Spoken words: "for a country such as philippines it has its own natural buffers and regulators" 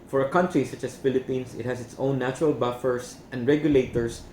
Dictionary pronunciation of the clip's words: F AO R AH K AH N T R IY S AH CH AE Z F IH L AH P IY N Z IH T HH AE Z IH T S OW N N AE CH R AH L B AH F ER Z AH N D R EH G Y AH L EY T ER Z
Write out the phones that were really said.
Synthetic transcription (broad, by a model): F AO R AH K AH N T R IY S AH CH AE S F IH L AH P IY N S IH T HH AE S IH T S OW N N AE CH R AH L B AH F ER S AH N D R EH G Y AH L EY T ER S